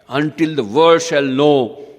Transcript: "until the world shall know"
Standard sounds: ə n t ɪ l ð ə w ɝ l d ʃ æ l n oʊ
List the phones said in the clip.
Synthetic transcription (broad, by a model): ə n t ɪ l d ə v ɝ d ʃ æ l n oʊ